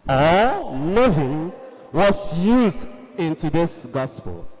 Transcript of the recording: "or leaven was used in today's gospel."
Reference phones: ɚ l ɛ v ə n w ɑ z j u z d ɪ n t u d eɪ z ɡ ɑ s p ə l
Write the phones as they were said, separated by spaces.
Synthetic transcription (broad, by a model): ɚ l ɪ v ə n w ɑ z j u z d ɪ n t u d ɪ s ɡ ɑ s p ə l